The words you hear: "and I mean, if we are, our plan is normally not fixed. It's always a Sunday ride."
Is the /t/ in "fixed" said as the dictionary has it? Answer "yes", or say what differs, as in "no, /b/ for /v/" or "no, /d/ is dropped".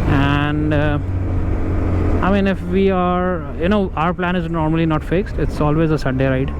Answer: yes